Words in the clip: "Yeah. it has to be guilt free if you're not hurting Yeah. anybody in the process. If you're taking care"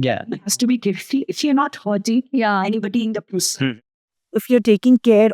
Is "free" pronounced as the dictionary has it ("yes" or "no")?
no